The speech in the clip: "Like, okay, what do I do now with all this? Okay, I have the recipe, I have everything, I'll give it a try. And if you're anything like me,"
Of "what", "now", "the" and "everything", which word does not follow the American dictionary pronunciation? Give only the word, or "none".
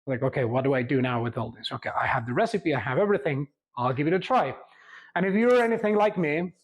none